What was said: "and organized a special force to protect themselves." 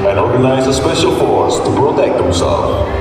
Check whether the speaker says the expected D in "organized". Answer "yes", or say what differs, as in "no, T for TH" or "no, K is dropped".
no, D is dropped